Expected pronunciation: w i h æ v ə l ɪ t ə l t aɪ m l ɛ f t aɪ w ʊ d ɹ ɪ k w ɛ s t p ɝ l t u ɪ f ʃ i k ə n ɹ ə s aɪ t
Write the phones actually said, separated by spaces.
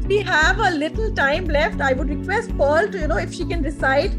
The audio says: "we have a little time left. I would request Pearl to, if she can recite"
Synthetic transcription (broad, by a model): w i h æ v ə l ɪ t ə l t aɪ m l ɛ f t aɪ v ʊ d ɹ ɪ k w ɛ s t p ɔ l t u ɪ f ʃ i k ə n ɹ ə s aɪ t